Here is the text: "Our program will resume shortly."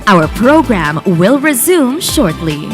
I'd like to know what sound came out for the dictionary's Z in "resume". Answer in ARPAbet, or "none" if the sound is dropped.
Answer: Z